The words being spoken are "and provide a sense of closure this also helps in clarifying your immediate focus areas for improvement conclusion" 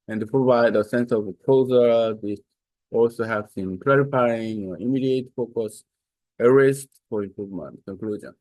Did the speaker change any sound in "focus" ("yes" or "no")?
no